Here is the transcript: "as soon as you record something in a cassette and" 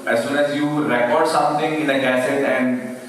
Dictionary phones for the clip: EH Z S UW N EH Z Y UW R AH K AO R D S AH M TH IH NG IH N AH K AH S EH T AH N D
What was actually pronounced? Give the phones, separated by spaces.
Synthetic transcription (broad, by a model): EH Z S UW N EH Z Y UW R AH K AO R D S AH M T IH NG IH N AH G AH S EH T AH N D